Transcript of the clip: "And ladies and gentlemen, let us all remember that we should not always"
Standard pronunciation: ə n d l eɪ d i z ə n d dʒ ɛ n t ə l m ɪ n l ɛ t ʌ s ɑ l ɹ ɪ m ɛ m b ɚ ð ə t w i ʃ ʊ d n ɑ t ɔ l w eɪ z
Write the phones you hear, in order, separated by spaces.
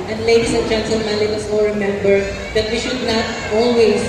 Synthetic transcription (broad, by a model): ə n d l eɪ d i s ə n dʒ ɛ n s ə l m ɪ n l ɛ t ʌ s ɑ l ɹ ɪ m ɛ m b ɚ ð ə t w i ʃ ʊ d n ɑ t ɔ l w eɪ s